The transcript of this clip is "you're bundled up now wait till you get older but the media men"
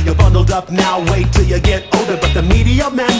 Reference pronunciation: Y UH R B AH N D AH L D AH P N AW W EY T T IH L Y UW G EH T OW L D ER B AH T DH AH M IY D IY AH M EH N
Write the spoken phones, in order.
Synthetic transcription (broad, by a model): Y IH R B AH N D L D AH P N AW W EY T T IH L Y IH G EH T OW D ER B AH T DH AH M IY D IY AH M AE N